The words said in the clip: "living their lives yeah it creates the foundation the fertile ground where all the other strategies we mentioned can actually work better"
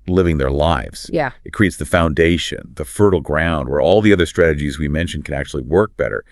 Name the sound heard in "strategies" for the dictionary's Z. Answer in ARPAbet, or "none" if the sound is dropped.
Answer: Z